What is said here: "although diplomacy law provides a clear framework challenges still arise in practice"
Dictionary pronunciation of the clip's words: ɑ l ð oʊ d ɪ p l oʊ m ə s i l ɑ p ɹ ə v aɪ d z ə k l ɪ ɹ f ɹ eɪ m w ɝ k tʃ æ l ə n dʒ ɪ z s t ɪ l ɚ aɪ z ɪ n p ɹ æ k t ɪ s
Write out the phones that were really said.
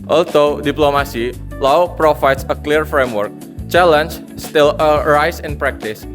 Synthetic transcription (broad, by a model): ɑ l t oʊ d ɪ p l oʊ m ə s i l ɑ p ɹ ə f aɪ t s ə k l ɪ ɹ f ɹ eɪ m w ɝ k tʃ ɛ l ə n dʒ s t ɪ l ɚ aɪ s ɪ n p ɹ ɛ k t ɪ s